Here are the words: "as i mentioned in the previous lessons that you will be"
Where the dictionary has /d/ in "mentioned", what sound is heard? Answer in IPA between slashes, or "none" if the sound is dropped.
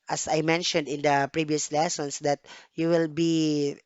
/d/